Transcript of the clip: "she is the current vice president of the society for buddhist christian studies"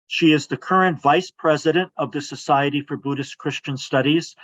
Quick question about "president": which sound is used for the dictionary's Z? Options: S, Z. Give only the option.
Z